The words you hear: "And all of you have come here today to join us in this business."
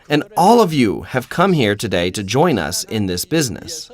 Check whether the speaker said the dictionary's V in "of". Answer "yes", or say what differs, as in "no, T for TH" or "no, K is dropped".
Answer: yes